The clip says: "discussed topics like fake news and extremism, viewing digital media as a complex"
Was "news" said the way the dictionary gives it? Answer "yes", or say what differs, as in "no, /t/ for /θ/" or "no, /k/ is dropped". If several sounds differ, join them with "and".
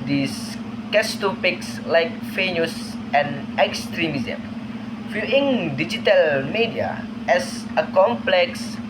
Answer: no, /s/ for /z/